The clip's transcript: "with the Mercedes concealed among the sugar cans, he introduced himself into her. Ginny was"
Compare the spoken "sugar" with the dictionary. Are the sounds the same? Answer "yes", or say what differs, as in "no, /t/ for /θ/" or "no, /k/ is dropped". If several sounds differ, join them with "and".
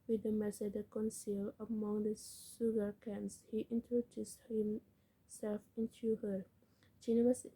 no, /s/ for /ʃ/